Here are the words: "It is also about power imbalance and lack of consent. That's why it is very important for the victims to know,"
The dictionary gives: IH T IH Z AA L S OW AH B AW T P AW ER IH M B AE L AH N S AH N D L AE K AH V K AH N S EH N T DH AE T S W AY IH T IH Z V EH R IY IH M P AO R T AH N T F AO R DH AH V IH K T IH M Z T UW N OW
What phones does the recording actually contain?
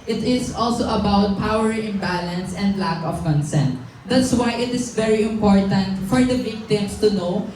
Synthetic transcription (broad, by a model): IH T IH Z AA L S OW AH B AW T P AW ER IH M B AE L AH N S AH N D L AE K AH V K AH N S EH N T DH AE T S W AY IH T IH S V EH R IY IH M P AO R T AH N T F AO R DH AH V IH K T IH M S T UW N OW